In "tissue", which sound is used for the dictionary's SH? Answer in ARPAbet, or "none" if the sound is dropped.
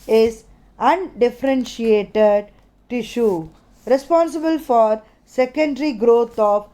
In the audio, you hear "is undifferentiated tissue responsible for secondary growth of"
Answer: SH